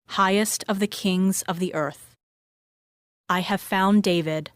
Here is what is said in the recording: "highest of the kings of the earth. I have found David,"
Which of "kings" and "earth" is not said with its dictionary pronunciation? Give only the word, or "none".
none